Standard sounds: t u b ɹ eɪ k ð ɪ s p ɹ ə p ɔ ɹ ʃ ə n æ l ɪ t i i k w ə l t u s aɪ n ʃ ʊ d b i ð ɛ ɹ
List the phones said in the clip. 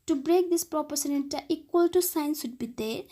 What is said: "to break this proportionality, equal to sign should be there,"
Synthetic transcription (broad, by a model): t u b ɹ eɪ k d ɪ s p ɹ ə p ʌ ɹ s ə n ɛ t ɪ t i i k w ə l t u s aɪ n s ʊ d b i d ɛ